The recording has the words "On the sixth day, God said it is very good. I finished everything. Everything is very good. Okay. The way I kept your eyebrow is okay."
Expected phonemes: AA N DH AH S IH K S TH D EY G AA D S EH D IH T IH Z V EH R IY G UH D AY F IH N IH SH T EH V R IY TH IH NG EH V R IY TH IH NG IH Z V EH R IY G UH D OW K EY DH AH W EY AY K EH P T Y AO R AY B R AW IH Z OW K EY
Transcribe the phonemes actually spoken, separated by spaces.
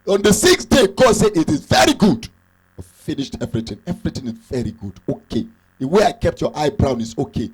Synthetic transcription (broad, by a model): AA N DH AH S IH K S D EY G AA S EH D IH T IH Z V EH R IY G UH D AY F IH N IH SH T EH V R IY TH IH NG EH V R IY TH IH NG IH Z V EH R IY G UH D OW K EY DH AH W EY AY K EH P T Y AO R AY B R AW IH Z OW K EY